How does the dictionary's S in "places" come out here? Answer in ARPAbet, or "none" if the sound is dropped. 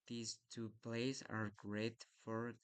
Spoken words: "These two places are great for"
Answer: none